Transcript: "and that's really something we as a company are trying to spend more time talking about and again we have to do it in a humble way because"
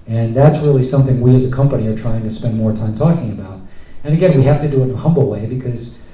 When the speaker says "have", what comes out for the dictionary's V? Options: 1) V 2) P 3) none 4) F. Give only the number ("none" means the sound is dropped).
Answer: 4